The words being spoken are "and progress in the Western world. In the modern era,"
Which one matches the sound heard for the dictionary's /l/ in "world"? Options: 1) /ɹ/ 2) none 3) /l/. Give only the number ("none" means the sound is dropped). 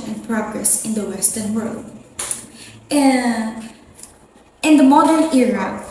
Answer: 3